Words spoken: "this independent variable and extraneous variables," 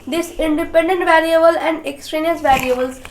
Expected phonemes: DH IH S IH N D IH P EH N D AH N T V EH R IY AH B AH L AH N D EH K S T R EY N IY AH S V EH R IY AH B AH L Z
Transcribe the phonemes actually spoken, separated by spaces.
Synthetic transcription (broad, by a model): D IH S IH N D IH P EH N D AH N T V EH R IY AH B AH L AH N D EH K S T R EY N IY AH S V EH R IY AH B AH L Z